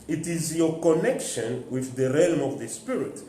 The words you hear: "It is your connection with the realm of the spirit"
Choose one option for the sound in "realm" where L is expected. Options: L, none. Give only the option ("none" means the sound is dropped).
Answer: L